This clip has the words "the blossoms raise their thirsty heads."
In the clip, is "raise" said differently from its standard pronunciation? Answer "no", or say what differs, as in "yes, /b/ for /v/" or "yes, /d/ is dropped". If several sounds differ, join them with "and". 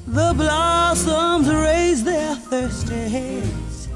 no